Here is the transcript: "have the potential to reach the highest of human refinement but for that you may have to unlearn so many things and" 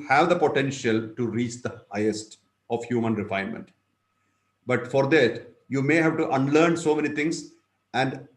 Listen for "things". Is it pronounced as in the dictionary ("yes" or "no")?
no